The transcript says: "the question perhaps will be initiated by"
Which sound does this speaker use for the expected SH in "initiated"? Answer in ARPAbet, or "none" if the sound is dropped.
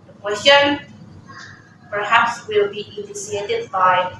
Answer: S